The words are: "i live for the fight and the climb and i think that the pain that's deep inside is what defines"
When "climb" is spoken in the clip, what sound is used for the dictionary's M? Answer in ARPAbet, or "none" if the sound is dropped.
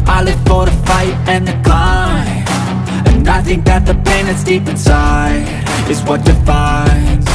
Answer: none